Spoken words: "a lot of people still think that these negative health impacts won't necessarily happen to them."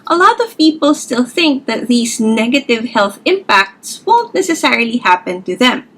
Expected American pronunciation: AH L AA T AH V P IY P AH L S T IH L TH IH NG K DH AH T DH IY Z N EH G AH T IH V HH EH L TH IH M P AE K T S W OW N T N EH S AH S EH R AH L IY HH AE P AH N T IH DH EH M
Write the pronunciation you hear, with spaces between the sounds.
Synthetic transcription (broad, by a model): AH L AA T AH V P IY P AH L S T IH L TH IH NG K DH AH T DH IY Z N EH G AH T IH V HH EH L TH IH M P AE K T S W OW N T N EH S AH S EH R AH L IY HH AE P AH N T IH DH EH M